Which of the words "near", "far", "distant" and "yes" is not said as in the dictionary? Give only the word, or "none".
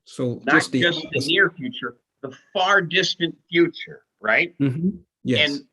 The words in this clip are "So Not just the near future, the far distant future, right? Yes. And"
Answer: yes